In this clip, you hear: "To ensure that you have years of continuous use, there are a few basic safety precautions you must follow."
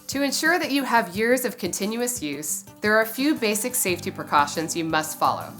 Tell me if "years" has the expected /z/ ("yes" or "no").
yes